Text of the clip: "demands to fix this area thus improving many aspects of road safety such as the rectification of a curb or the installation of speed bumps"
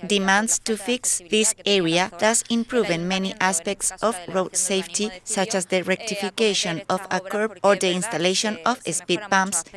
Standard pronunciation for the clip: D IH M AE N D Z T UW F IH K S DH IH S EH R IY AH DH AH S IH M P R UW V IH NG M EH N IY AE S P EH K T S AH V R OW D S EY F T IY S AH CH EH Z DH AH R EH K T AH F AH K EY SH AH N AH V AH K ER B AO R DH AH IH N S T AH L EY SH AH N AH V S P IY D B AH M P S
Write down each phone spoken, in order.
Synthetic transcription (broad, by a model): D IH M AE N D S T UW F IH K S DH IH S EH R IY AH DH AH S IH M P R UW V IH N M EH N IY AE S P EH K T S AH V R OW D S EY F T IY S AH CH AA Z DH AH R EH K T AH F AH K EY SH AH N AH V AH K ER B AO R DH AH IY N S T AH L EY SH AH N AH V S P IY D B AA M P S